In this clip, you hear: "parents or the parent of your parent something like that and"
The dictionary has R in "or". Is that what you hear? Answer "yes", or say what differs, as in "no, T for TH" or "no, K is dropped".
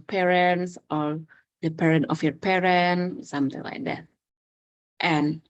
no, L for R